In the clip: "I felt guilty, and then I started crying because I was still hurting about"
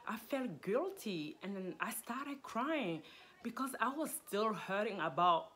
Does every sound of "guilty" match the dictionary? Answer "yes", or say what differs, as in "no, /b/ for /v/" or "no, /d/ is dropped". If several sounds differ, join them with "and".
yes